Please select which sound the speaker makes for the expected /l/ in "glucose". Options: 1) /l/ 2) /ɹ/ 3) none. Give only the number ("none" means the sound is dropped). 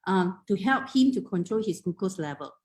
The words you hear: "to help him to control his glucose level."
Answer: 3